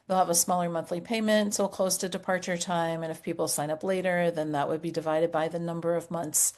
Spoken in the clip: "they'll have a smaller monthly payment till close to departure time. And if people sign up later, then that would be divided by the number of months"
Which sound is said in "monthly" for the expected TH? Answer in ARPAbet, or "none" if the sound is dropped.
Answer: TH